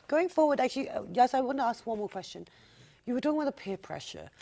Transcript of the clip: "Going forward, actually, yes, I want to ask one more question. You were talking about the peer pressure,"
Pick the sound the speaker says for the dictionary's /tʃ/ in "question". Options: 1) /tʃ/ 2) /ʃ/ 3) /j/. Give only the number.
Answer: 1